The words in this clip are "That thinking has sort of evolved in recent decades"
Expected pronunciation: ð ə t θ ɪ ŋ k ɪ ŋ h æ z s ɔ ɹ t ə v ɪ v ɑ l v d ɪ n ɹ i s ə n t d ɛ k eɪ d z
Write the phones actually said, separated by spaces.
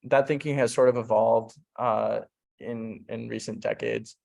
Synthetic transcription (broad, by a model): ð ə t θ ɪ ŋ k ɪ ŋ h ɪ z s ɔ ɹ t ə v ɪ v ɑ l v d ɪ n ɹ i s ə n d ɛ k eɪ d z